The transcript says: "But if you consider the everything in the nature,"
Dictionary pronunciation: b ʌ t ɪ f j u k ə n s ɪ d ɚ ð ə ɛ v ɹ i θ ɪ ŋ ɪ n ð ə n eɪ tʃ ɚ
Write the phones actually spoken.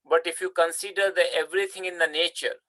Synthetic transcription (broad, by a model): b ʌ t ɪ f j u k ə n s ɪ d ɚ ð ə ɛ v ɹ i t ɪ ŋ ɪ n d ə n eɪ tʃ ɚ